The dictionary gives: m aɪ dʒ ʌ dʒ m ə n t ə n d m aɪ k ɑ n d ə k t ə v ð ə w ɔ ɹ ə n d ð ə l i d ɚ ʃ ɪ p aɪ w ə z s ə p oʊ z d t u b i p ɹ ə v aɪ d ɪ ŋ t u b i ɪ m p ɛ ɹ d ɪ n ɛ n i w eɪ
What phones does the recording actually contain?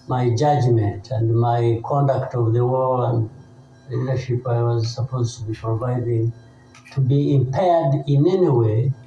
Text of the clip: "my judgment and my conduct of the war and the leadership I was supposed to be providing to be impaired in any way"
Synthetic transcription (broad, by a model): m aɪ dʒ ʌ dʒ m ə n t ə n d m aɪ k ɑ n d ə k t ə v ð ə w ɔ l ə n d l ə l i d ɚ ʃ ɪ p aɪ w ə z s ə p oʊ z t u b i p ɹ ə v aɪ d ɪ ŋ t u b i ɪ m p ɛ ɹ d ɪ n ɛ n i w eɪ